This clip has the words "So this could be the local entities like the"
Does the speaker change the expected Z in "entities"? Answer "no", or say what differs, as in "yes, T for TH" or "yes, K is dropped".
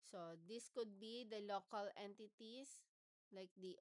yes, S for Z